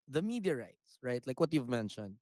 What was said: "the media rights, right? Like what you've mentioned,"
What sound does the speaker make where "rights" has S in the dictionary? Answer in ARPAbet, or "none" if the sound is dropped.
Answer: S